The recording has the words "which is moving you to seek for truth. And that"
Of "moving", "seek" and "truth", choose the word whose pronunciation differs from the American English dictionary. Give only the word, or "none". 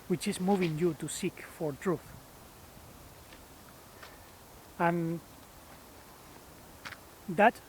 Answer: none